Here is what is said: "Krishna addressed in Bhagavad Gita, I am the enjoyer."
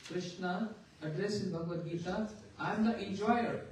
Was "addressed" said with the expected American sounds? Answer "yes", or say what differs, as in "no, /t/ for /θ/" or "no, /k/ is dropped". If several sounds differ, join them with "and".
no, /t/ is dropped